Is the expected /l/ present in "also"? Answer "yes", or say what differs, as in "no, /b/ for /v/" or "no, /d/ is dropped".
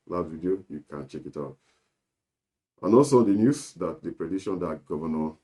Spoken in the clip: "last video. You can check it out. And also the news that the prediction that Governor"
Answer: no, /l/ is dropped